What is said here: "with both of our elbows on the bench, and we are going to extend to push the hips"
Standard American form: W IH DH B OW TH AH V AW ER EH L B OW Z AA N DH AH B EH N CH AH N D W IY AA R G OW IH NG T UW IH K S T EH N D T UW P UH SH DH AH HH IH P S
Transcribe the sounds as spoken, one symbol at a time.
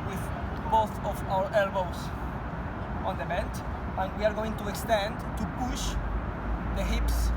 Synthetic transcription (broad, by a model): W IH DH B OW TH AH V AW ER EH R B OW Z AA N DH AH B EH N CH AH N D W IY AA R G OW IH NG T UW IH K S T EH N D T UW P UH SH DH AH HH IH P S